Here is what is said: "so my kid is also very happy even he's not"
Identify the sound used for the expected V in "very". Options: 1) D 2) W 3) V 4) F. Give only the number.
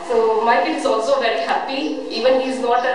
3